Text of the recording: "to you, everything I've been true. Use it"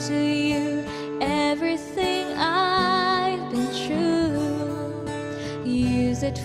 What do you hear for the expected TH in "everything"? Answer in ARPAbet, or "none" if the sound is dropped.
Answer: TH